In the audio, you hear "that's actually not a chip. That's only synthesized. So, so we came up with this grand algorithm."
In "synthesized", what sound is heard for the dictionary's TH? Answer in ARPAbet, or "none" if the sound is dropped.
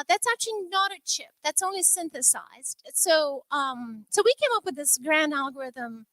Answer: TH